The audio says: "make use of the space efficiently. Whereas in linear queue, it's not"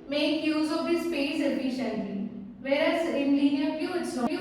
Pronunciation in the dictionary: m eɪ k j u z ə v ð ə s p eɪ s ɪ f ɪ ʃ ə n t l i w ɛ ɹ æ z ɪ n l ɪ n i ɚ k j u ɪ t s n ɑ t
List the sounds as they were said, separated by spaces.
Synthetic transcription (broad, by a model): m eɪ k j u z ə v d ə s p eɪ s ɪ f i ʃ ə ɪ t i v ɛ ɹ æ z ɪ n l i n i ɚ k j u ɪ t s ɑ